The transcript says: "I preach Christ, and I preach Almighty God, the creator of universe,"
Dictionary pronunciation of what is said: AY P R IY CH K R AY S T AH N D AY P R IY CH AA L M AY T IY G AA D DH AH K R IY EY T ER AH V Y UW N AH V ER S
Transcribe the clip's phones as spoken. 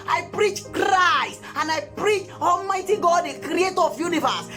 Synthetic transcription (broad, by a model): AY P R IY CH K R AY S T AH N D AY P R IY CH AA L M AY T IY G AA D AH K R IY EY T AH V Y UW N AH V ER S